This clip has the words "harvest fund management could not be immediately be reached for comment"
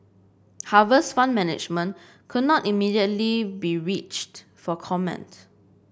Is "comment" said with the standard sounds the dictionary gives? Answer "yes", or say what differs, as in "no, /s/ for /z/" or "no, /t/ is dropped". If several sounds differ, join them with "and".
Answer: yes